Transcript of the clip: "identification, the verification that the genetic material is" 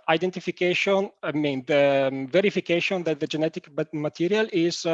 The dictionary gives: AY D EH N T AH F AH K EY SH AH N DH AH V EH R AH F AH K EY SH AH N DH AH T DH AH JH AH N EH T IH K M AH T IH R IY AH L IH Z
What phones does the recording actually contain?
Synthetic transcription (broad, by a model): AY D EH N T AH F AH K EY SH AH N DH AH V EH R AH F AH K EY SH AH N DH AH T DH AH JH AH N EH T IH K M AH T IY R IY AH L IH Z